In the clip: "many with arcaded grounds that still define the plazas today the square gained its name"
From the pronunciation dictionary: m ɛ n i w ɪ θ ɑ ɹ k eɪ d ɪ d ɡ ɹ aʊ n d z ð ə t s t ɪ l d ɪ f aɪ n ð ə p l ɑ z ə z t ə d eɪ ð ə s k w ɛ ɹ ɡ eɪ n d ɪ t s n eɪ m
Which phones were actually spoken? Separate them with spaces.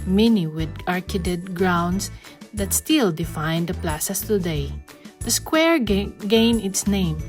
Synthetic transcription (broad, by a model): m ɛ n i w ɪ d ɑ ɹ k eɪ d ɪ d ɡ ɹ aʊ n d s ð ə t s t ɪ l d ɪ f aɪ n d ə p l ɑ s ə s t ə d eɪ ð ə s k w ɛ ɹ ɡ eɪ n ɪ t s n eɪ m